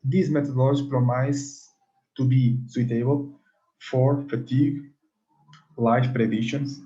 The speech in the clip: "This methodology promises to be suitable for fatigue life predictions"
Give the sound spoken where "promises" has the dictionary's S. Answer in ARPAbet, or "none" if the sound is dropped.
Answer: none